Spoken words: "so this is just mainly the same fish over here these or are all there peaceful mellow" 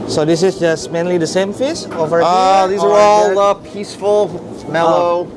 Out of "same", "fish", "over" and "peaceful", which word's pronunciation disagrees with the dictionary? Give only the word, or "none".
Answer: fish